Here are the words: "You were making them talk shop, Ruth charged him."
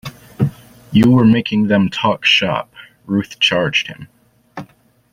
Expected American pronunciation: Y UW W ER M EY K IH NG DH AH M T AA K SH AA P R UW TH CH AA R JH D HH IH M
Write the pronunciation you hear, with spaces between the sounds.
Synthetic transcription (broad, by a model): Y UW W ER M EY K IH NG DH AH M T AA K SH AA P R UW TH CH AA R JH D HH IH M